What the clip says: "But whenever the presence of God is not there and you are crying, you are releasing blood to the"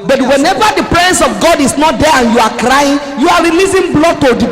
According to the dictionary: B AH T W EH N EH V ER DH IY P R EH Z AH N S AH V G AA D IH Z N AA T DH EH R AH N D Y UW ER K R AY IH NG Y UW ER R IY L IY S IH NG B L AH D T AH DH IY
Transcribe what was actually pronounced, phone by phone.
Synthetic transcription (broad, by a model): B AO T W EH N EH V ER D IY P R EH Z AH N S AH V G AA D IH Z N AA T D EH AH N Y UW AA K R AY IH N Y UW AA R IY L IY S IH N B L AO T AH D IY